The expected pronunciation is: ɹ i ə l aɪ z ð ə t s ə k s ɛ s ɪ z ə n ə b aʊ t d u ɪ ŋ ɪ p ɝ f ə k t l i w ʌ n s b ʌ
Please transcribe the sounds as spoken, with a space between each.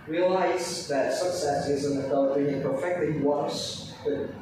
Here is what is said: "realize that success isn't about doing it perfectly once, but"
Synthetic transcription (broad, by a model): ɹ i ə l aɪ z ð ə t s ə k s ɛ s ɪ z ə n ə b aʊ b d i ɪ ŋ p ɝ f ə k t l i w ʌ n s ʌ